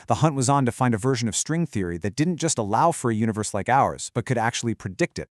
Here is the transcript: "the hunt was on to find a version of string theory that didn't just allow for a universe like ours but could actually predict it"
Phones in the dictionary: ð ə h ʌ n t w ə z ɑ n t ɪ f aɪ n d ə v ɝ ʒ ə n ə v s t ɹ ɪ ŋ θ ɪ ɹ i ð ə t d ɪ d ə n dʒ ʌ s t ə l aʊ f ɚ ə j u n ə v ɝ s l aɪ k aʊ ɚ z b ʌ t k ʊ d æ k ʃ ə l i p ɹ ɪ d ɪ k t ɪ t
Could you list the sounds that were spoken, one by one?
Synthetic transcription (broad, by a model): ð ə h ʌ n t w ə z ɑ n t ɪ f aɪ n d ə v ɝ ʒ ə n ə v s t ɹ ɪ ŋ θ ɪ ɹ i ð ə t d ɪ d n dʒ ʌ s t ə l aʊ f ɚ ə j u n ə v ɝ s l aɪ k aʊ ɚ z b ʌ t k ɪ d æ k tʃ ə l i p ɹ ɪ d ɪ k t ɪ t